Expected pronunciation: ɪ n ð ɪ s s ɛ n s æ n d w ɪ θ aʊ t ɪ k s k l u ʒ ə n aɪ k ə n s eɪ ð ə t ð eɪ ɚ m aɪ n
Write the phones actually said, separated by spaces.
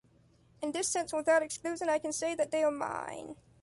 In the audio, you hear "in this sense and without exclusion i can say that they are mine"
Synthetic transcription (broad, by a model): ɪ n ð ɪ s s ɛ n s w ɪ θ aʊ t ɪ k s k l u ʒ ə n aɪ k ə n s eɪ ð ə t ð eɪ ɚ m aɪ n